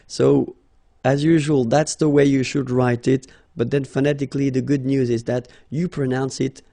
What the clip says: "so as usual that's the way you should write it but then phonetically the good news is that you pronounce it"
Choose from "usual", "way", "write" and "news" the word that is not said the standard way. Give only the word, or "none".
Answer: none